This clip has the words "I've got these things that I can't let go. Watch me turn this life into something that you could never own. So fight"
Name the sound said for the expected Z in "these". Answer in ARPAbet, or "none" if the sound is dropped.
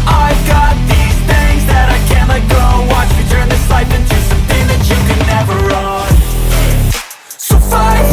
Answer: Z